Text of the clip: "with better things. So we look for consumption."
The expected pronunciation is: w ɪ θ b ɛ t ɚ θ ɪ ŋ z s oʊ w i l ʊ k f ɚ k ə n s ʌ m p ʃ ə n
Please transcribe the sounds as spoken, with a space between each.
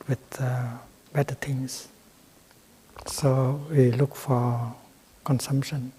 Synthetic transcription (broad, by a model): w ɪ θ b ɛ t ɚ t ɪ ŋ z s oʊ w i l ʊ k f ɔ k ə n s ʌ m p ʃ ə n